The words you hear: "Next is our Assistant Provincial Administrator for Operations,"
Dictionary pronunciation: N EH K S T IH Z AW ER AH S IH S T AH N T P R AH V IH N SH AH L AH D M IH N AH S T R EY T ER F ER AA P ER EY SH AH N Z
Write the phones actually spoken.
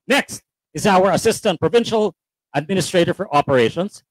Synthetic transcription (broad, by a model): N EH K S T IH Z AW ER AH S IH S T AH N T P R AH V IH N SH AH L AH D M IH N AH S T R EY T ER F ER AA P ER EY SH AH N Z